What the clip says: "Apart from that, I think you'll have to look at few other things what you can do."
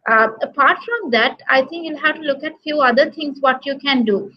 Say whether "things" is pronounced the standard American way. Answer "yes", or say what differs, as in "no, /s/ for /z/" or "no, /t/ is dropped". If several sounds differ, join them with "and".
no, /t/ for /θ/